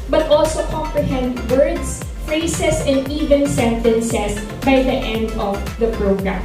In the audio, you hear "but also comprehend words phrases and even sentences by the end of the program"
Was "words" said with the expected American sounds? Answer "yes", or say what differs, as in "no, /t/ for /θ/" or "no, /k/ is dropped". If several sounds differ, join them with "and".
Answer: no, /s/ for /z/